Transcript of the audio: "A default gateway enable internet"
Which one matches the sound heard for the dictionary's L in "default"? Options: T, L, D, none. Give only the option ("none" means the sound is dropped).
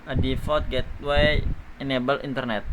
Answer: none